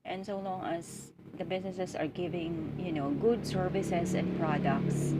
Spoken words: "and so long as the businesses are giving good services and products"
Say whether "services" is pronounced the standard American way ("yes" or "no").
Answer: no